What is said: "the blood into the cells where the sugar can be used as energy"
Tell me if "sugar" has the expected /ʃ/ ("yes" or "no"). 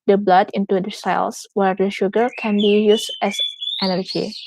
yes